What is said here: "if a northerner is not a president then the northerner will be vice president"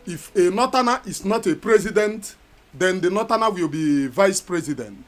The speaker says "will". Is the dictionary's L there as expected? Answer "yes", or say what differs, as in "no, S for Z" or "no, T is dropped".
yes